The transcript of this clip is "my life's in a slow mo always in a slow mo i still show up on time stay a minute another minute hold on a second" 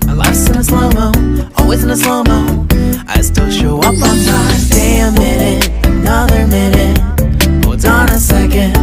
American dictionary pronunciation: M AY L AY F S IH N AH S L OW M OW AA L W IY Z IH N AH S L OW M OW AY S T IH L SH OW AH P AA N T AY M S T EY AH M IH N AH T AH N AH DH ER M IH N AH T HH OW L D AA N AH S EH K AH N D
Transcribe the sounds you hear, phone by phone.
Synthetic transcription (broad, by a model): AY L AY S IH N AH S L OW M OW AA L W IY Z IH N AH S L OW M OW AY S T IH L SH OW AH P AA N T AY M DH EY AH M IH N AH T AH N AH DH ER M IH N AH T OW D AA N AH S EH K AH N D